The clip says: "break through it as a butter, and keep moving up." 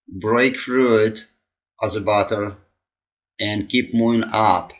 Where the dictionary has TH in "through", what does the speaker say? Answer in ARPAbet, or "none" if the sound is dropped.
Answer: F